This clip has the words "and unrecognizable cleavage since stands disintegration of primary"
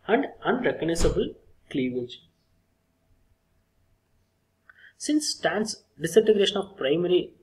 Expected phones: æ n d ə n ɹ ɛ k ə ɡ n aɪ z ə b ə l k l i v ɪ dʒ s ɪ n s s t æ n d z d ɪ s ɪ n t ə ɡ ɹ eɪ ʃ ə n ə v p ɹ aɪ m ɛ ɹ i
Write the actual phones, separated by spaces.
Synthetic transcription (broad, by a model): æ n d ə n ɹ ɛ k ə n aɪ s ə b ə l k l i v ɪ dʒ s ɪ n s s t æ n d s d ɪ s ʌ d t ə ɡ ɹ eɪ ʃ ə n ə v p ɹ aɪ m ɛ ɹ i